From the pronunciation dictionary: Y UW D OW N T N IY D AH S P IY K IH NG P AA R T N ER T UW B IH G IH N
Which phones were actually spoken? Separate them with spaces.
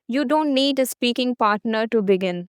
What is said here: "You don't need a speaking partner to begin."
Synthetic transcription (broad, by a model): Y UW D OW N T N IY D AH S P IY K IH NG P AA R T N ER T UW B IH G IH N